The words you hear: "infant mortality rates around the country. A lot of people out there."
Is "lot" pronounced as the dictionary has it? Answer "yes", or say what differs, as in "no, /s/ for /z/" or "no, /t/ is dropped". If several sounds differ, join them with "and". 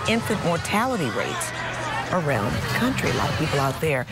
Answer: no, /t/ is dropped